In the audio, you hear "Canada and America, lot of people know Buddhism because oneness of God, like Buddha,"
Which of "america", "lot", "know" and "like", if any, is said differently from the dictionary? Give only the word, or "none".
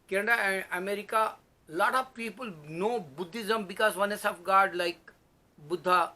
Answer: none